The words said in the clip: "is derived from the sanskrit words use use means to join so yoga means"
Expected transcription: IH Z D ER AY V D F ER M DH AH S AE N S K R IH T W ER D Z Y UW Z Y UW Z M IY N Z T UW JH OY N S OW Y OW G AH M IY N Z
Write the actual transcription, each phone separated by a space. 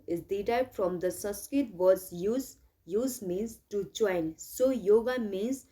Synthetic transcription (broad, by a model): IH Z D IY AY F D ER M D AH S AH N S K IH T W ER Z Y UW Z Y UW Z M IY N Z T UW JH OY N S OW Y OW G AH M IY N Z